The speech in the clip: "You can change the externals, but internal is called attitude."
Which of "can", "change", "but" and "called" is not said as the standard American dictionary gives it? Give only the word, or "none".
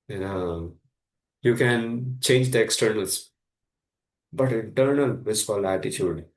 called